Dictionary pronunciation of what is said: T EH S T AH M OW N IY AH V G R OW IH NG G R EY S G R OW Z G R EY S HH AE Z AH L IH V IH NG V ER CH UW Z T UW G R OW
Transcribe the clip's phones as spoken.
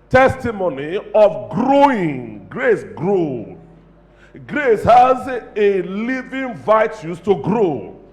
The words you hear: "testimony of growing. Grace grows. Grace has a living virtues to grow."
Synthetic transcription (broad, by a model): T EH S T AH M OW N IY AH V G R OW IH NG G R EY S G R OW G R EY S HH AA Z AH L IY V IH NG V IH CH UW S T UW G R OW